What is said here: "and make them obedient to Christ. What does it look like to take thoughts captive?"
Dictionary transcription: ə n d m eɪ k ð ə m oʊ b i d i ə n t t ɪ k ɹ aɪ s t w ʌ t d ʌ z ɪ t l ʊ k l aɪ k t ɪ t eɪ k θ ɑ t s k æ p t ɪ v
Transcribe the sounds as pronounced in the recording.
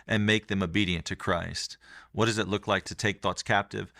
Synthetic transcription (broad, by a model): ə n m eɪ k ð ə m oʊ b i d i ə n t t ɪ k ɹ aɪ s t w ʌ t d ʌ z ɪ t l ʊ k l aɪ k t ɪ t eɪ k θ ɑ t s k æ p t ɪ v